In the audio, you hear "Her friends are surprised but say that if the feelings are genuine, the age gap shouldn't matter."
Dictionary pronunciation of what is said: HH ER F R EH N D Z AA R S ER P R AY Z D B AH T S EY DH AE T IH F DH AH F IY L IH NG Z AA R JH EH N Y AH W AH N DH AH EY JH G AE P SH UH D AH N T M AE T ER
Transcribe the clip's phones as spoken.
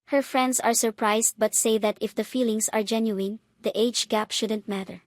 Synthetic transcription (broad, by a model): HH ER F R EH N D S AA R S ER P R AY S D B AH T S EY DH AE T IH F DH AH F IY L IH NG S AA R JH EH N Y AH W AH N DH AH EY JH G AE P SH UH D AH N T M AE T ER